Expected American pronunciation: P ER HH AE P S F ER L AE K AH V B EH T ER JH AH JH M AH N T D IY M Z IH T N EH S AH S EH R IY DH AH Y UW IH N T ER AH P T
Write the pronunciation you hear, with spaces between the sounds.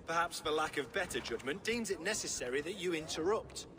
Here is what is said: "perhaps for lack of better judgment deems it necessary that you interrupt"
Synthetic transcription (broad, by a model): P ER HH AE P S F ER L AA K AH V B EH T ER JH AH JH M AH N D IY M Z IH T N EH S AH S EH R IY DH AH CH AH IH N T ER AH P T